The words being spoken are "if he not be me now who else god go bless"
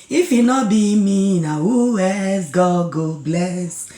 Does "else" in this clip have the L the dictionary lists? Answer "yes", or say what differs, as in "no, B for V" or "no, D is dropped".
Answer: no, L is dropped